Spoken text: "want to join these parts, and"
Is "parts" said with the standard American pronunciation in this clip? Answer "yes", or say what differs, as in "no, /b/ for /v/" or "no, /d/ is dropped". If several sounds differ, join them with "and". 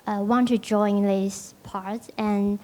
no, /s/ is dropped